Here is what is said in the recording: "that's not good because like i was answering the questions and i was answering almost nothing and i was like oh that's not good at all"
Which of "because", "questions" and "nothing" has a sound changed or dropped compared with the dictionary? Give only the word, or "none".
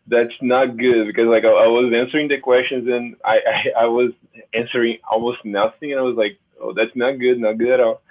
none